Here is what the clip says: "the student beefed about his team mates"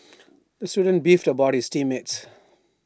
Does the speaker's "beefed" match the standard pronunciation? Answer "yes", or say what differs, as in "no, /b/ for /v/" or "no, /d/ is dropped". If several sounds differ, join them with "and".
yes